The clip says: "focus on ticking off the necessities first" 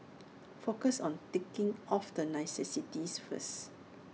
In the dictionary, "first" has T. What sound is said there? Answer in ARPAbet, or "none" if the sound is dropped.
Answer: none